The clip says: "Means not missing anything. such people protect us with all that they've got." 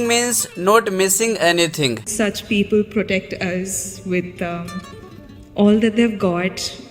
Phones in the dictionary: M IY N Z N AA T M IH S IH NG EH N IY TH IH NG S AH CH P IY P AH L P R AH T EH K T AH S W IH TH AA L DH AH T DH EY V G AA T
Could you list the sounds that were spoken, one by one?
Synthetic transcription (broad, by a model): M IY N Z N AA T M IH S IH NG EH N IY T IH NG S AH CH P IY P AH L P R AH T EH K T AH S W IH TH AA L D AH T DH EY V G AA T